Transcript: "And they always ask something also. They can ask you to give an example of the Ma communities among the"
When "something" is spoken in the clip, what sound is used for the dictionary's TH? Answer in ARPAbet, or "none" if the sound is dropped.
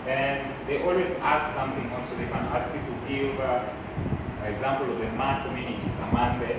TH